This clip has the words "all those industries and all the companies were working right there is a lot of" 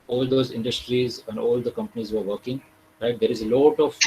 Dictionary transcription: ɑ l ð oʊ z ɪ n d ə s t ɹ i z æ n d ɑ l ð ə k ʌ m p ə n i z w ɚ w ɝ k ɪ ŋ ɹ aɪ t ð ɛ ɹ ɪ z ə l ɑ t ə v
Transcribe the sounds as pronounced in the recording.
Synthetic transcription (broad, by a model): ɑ l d oʊ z ɪ n d ə s t ɹ i z æ n d ɑ l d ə k ʌ m p ə n i z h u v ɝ k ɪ ŋ ɹ aɪ t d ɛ ɹ ɪ z ə l ɑ t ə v